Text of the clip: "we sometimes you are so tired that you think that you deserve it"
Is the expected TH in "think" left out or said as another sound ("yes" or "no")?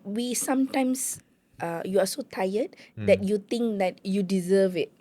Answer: yes